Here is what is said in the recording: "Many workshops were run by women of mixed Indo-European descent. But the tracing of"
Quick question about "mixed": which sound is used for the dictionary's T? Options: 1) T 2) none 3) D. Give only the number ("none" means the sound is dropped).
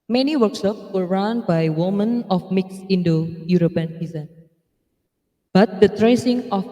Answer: 2